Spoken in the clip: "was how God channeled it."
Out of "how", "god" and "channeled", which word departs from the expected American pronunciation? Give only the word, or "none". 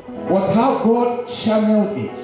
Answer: channeled